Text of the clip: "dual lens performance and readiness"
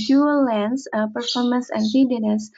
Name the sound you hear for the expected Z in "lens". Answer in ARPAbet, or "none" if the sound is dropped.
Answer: S